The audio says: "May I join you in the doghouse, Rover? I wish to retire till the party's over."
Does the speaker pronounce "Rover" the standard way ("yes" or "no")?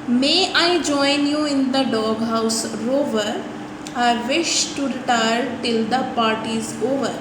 yes